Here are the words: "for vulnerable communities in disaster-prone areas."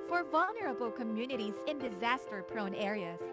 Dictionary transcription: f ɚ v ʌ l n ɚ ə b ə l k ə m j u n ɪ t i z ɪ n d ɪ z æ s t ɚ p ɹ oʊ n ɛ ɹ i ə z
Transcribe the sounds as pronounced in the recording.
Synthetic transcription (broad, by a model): f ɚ v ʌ l n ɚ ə b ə l k ə m j u n ɪ t i z ɪ n d ɪ z æ s t ɚ p ɹ oʊ n ɛ ɹ i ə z